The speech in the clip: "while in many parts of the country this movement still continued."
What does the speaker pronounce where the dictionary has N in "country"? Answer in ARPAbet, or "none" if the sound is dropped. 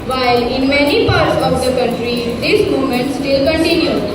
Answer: none